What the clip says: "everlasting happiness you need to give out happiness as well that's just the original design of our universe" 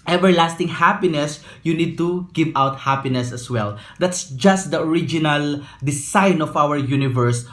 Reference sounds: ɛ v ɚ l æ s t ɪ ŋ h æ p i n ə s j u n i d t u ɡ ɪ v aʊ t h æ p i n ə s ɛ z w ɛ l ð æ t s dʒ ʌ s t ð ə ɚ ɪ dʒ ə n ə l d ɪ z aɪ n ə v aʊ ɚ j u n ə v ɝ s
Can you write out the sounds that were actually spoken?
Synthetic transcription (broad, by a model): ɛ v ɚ l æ s t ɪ ŋ h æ p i n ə s j u n i d t u ɡ ɪ v aʊ t h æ p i n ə s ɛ s w ɛ l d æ t s dʒ ʌ s t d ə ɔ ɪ dʒ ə n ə l d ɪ s aɪ n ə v aʊ ɚ j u n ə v ɝ s